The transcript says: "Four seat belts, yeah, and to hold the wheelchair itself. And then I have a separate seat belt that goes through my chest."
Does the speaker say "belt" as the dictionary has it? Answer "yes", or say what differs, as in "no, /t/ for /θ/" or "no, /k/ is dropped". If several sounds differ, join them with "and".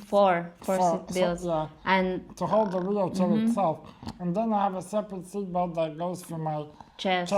no, /l/ is dropped